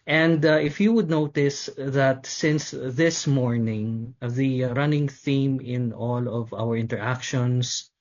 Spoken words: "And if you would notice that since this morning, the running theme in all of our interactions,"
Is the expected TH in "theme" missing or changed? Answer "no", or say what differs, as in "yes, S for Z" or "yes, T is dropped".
no